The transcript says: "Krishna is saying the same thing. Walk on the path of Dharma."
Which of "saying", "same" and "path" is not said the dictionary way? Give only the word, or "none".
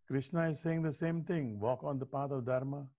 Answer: path